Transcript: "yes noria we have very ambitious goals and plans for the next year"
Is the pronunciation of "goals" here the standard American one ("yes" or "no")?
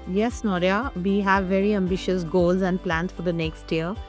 yes